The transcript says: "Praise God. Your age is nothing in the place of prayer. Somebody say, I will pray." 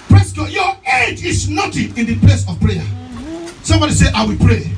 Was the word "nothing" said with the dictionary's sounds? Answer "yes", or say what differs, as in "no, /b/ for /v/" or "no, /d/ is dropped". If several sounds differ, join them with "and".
no, /t/ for /θ/